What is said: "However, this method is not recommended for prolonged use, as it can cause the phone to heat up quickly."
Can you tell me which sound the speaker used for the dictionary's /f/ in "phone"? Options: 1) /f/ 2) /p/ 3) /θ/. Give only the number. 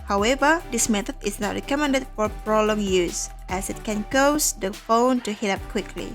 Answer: 1